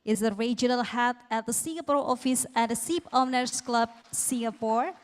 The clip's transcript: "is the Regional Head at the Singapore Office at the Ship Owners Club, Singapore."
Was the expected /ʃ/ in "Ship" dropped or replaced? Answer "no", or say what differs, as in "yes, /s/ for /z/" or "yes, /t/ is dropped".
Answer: yes, /s/ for /ʃ/